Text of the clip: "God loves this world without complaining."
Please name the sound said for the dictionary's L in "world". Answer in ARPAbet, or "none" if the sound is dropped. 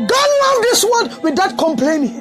none